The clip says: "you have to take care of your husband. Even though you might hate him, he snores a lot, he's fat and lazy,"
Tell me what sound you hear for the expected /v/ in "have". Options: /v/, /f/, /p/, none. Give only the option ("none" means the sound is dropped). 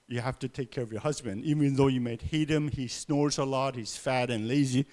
/f/